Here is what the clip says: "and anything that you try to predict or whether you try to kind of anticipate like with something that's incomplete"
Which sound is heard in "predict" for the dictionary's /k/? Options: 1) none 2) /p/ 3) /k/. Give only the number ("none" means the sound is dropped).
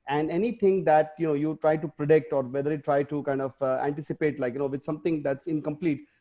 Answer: 3